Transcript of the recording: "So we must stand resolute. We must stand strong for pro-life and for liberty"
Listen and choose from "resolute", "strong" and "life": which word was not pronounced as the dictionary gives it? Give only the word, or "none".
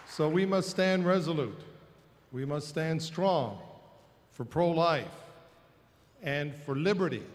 none